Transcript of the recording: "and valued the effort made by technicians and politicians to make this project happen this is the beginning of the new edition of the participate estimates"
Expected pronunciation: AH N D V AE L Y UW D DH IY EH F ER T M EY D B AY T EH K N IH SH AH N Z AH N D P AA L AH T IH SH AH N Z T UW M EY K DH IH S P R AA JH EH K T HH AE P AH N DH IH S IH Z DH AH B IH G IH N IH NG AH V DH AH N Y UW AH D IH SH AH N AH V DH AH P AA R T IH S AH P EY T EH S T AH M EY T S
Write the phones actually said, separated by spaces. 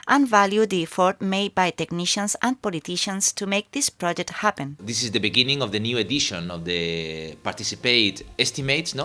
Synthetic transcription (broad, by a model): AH N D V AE L Y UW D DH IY F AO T M EY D B AY T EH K N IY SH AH N S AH N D P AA L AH T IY SH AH N S T UW M EY K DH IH S P R AA JH EH K T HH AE P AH N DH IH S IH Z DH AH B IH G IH N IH NG AH V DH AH N Y UW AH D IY SH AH N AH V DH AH P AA R T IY S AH P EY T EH S T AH M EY T S